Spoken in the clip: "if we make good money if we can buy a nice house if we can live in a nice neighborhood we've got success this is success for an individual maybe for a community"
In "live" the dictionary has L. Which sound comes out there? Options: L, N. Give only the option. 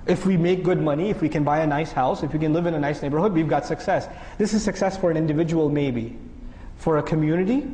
L